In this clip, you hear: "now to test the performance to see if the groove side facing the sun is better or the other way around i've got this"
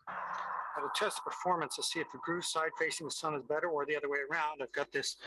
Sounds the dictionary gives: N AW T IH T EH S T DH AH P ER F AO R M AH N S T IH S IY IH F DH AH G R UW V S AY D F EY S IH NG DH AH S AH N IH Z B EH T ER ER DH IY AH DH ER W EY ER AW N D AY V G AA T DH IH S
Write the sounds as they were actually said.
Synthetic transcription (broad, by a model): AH T IH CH EH S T P ER F AO R M AH N S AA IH S IY IH F DH AH G R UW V S AY D F EY S IH NG DH AH S AH N IH Z B EH T ER ER DH IY AH DH ER W EY ER AW N D AY V G AA T DH IH S